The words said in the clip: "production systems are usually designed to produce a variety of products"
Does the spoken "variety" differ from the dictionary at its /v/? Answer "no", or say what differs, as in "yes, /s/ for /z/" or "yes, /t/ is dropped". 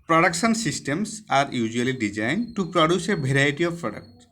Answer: yes, /b/ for /v/